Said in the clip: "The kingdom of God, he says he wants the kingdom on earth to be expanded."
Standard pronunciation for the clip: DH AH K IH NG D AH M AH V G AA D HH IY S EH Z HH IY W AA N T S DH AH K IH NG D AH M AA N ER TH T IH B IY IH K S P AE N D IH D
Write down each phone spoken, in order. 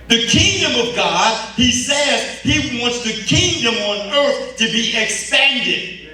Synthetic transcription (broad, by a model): DH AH K IH NG D AH M AH V G AA D HH IY S EH Z HH IY W AA N T S DH AH K IH NG D AH M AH N ER TH T IH B IY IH K S P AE N D IH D